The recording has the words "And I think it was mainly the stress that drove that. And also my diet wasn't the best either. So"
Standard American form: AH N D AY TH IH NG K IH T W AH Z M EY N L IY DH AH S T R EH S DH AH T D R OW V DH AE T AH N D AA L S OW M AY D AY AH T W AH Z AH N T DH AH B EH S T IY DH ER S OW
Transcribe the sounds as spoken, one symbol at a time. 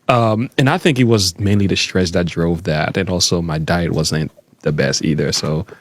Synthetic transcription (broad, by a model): AH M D AY TH IH NG K IH T W AH Z M EY N L IY DH AH S T R EH S DH AH T D R OW V DH AE T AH N AA L S OW M AY D AY AH T W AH Z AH N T DH AH B EH S T IY DH ER S OW